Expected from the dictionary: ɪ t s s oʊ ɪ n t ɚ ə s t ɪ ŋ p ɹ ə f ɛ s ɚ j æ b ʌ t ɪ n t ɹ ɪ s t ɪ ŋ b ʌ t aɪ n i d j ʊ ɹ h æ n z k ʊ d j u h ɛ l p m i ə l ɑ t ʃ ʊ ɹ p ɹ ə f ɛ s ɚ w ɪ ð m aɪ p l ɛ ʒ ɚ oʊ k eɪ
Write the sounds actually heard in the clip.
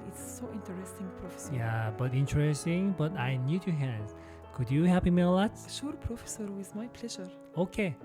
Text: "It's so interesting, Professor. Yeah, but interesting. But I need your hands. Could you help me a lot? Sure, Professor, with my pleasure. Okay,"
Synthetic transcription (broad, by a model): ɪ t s s oʊ ɪ n t ɚ ə s t ɪ ŋ p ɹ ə f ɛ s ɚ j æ b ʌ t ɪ n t ɹ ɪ s t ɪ ŋ b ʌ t aɪ n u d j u h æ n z k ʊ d j u h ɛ p m ə l ɑ t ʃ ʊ ɹ p ɹ ə f ɛ s ɚ w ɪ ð m aɪ p l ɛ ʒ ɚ oʊ k eɪ